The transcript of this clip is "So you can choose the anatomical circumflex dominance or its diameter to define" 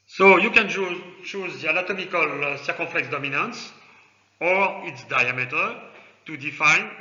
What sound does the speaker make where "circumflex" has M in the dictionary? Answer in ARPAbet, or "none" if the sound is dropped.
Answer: none